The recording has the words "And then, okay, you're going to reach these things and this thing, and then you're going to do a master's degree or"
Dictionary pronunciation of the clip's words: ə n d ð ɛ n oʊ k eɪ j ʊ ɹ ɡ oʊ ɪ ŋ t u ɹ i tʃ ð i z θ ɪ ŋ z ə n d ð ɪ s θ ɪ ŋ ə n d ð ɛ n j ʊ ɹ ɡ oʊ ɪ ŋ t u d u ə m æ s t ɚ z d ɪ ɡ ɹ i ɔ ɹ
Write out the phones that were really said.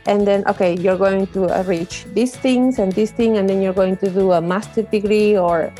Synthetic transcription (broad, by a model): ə n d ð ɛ n oʊ k eɪ j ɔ ɹ ɡ oʊ ɪ ŋ t u ɹ i tʃ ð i s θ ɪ ŋ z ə n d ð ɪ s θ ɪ ŋ ə n d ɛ n j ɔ ɹ ɡ oʊ ɪ ŋ t u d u ə m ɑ s t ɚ d ɪ ɡ ɹ i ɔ ɹ